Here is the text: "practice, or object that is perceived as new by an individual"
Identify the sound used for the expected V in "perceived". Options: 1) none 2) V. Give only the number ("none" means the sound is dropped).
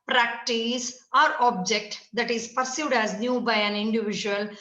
1